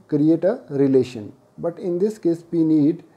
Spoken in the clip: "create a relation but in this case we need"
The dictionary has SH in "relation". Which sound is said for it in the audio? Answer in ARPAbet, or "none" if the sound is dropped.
SH